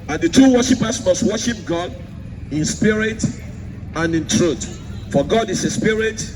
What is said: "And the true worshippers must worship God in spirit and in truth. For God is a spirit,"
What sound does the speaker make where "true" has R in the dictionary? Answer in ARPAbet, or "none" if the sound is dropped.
none